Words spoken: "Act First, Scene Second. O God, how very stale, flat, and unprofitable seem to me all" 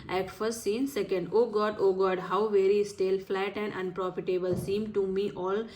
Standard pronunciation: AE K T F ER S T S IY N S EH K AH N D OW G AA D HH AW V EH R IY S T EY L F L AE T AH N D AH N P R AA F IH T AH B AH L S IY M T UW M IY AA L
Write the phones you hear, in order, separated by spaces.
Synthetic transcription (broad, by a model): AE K F ER S T S IY N S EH K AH N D OW G AA D HH AW V EH R IY S T EY L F L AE T AH N D AH N P R AA F IH T AH B AH L S IY M T UW M IY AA L